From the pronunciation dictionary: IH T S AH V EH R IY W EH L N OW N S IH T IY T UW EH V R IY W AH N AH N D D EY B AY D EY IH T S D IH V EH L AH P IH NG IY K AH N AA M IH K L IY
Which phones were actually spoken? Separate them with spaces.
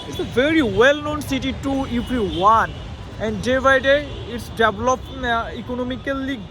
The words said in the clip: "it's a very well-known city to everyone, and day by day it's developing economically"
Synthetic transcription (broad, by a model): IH T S AH V EH R IY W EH L N OW N S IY T IY T UW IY P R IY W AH N AH N D D EY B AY D EY IH T S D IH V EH L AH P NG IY K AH N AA M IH K L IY